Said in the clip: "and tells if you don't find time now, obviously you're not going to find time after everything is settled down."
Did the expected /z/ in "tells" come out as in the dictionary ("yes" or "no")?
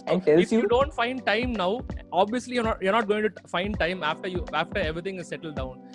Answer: no